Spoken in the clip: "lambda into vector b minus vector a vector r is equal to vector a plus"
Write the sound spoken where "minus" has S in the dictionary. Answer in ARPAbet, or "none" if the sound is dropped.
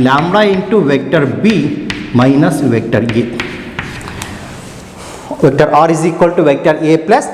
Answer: S